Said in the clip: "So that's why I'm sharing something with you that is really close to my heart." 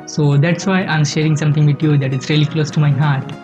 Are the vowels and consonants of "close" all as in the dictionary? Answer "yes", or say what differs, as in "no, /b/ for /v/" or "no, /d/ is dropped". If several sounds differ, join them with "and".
yes